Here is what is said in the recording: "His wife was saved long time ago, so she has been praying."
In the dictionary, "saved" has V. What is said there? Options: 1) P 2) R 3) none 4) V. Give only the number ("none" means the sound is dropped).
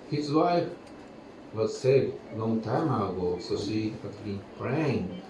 3